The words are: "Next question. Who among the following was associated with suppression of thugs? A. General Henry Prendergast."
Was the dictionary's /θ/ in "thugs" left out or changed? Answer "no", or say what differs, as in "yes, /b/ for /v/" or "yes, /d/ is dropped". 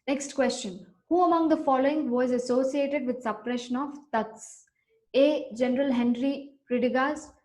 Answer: yes, /t/ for /θ/